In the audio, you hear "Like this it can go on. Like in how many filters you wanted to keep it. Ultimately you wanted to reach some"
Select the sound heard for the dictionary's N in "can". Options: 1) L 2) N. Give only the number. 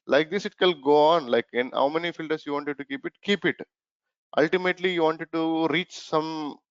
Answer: 1